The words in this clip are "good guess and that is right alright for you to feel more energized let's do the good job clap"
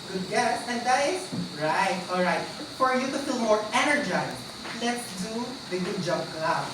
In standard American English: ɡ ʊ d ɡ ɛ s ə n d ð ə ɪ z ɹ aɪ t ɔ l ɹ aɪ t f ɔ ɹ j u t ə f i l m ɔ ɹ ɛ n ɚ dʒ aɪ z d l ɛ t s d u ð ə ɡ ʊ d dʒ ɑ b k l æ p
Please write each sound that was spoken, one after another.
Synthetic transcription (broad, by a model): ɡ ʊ d ɡ ɛ s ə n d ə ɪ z ɹ aɪ t ɔ l ɹ aɪ t f ɔ ɹ j u t ə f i l m ɔ ɹ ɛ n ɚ dʒ aɪ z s l ɛ t s d u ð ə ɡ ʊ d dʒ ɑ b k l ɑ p